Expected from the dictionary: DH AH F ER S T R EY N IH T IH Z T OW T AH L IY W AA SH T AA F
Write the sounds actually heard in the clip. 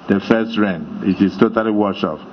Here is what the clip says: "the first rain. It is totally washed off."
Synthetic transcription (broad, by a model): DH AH F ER S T R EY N IH T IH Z T OW T AH L IY W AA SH AA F